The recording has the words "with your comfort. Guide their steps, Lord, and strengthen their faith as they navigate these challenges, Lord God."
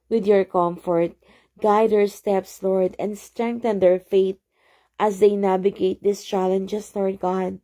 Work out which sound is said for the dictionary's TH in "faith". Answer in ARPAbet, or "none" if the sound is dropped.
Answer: T